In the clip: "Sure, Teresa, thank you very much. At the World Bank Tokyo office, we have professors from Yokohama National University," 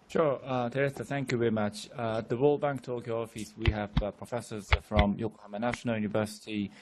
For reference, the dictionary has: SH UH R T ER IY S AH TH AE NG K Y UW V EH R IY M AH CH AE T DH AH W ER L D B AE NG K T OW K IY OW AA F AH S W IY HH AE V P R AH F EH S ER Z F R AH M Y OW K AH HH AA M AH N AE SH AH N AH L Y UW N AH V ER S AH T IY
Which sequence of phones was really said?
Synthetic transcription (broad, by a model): SH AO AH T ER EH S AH TH AE NG K Y UW V EH R IY M AH CH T DH AH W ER L B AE NG K T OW K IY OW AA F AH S W IY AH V P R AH F EH S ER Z F R AH M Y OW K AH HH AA M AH N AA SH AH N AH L Y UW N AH V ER S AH T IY